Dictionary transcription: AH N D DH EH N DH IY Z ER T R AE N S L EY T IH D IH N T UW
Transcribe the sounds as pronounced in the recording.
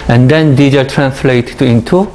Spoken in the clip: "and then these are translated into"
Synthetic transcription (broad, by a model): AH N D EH N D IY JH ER T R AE N S L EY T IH IH N T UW